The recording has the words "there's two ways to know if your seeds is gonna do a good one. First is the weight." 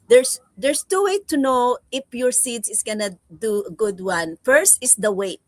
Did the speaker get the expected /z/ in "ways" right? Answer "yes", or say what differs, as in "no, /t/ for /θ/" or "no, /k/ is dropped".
no, /z/ is dropped